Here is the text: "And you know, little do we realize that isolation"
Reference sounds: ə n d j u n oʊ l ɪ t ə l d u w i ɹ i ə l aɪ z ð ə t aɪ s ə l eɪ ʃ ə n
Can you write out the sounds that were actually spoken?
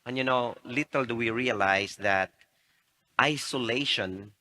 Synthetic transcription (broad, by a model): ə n j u n oʊ l ɪ t ə l d u w i ɹ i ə l aɪ s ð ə t aɪ s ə l eɪ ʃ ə n